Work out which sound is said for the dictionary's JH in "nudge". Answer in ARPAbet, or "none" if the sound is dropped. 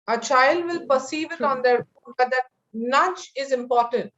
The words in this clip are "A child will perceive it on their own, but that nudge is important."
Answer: CH